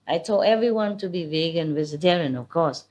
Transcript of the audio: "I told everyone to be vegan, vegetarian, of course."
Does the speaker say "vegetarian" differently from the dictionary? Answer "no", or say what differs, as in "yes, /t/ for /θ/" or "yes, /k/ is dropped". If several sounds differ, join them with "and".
yes, /z/ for /dʒ/